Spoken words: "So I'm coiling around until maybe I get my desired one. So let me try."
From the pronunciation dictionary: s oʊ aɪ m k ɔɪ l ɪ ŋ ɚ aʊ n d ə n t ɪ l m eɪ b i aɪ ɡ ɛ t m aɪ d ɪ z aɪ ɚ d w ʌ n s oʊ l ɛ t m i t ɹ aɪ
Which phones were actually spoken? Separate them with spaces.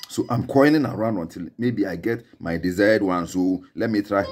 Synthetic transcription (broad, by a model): s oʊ aɪ m k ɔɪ n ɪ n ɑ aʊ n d ə n t ɪ l m eɪ b i aɪ ɡ ɛ t m aɪ d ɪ z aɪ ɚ d w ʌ n s oʊ l ɛ t m i t ɹ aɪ